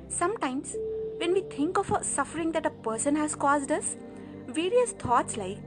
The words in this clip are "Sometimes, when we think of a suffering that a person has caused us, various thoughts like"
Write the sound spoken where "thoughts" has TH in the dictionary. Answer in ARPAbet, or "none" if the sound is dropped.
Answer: T